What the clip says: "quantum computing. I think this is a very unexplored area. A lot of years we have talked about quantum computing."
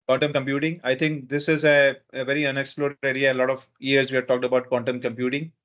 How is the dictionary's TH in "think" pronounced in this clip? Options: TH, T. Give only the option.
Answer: T